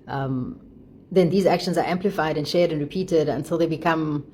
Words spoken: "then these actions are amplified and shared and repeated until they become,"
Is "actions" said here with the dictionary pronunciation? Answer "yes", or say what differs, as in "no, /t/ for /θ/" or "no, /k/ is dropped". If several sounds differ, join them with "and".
yes